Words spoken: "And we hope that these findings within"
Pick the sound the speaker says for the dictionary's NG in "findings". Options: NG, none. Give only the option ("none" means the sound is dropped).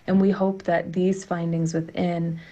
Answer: NG